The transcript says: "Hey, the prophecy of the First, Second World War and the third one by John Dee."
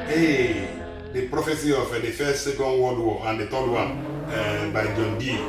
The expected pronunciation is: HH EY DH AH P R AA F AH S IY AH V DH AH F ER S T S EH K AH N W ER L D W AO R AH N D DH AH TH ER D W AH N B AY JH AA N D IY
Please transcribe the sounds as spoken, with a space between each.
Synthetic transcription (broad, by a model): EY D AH P R AA F AH S IY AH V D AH F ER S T S EH K AH N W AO D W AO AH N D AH T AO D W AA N B AY JH AA N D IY